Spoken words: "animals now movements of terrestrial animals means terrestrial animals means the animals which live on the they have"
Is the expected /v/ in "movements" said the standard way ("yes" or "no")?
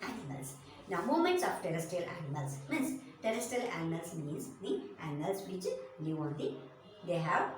no